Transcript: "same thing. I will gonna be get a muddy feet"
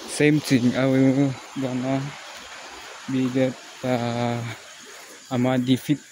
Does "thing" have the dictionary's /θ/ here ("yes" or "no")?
no